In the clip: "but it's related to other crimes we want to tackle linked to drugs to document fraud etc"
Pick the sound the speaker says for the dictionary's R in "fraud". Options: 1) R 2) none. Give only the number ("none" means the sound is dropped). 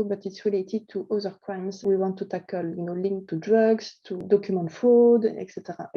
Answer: 2